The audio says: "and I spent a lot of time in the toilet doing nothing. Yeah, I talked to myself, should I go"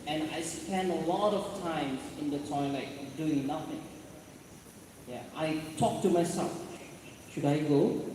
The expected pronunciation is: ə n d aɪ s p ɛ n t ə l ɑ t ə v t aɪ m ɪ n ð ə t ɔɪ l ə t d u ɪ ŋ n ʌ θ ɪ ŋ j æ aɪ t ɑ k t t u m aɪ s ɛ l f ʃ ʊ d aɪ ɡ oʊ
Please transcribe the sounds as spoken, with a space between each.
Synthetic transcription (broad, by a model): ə n aɪ s p ɛ n ə l ɑ t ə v t aɪ m ɪ n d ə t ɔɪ l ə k d u ɪ ŋ n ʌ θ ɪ ŋ j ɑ aɪ t ɑ k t t u m aɪ s ɛ l f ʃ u d aɪ ɡ oʊ